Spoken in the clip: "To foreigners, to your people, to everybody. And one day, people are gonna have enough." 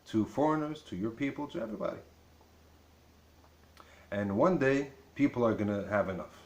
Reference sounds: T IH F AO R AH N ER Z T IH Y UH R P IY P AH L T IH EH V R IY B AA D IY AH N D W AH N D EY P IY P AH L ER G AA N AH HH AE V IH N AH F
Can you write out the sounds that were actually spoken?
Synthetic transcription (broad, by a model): T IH F AO R AH N ER Z T IH Y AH R P IY P L T IH EH V R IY B AA D IY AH N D W AH N D EY P IY P L ER G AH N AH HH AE V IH N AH F